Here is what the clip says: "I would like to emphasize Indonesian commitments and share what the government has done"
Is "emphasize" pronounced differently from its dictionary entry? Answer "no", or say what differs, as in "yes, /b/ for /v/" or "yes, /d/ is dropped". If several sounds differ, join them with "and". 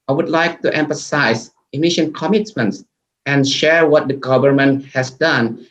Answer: yes, /z/ is dropped